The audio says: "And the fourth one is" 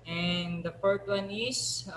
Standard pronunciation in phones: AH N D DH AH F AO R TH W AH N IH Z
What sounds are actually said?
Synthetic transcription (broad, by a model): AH N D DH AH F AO R T W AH N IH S